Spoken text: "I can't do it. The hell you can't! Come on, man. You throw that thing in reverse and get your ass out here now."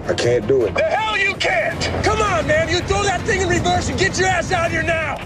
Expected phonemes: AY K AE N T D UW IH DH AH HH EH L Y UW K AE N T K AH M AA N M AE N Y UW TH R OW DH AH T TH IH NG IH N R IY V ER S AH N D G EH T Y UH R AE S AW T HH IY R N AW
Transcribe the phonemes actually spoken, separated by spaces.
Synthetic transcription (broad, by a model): AY K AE N D UW IH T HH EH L Y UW K AE N T K AH M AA N M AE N Y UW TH OW DH AH T TH IH NG IH N R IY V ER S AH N G EH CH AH R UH S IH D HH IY R N AW